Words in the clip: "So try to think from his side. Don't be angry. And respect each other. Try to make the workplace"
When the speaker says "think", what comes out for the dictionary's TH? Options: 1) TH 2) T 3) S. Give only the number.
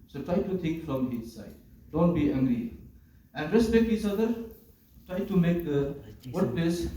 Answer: 2